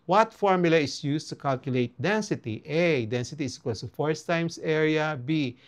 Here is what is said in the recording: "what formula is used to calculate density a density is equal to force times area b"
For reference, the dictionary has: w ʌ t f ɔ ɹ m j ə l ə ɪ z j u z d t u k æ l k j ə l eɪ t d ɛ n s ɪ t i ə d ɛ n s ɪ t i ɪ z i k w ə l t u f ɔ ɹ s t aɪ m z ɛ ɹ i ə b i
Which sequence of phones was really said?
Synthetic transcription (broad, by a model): w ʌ t f ɔ ɹ m j ə l ə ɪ s j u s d t u k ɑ l k j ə l eɪ t d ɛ n s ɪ t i ə d ɛ n s ɪ t i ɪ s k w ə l s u f ɔ ɹ s t aɪ m s ɛ ɹ i ə b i